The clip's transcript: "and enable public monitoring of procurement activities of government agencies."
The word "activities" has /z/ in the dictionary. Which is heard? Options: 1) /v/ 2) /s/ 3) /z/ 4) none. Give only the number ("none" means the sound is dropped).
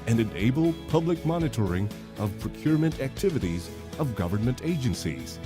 3